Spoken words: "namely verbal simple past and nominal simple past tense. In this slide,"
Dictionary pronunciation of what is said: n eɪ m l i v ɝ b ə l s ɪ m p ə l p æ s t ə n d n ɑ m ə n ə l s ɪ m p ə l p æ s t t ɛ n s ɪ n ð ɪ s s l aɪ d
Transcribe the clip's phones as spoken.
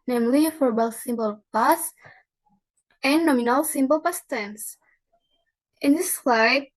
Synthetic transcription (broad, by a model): n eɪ m l i f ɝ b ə l s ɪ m b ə l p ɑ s ə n n ɑ m ə n ə l s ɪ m b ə l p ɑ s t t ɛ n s ɪ n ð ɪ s s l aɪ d